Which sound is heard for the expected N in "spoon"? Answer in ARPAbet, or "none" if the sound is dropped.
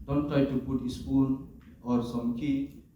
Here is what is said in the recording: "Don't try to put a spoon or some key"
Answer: L